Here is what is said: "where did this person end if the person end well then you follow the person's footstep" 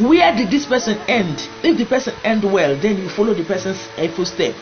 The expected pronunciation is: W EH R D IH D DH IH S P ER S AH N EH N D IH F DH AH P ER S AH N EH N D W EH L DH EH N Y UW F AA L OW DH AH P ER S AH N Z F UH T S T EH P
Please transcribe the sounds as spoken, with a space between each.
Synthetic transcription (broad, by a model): W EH D IH D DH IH S P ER S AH N EH N D IH F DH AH P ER S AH N EH N D W EH L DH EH N Y UW F AA L OW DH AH P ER S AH N S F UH S T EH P